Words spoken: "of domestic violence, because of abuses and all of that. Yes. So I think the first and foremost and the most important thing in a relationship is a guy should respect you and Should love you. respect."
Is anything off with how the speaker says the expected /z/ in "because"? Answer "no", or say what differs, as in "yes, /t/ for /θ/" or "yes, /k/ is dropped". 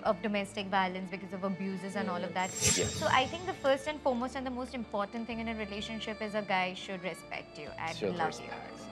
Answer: no